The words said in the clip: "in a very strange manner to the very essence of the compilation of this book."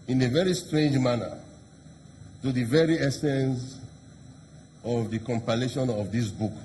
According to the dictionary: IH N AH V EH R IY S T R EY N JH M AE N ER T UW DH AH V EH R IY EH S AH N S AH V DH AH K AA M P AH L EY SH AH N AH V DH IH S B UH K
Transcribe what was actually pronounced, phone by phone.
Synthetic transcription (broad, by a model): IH N AH V EH R IY S T R EY N JH M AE N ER T UW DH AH V EH R IY EH S AH N S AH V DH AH K AA M P AH L EY SH AH N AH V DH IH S B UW K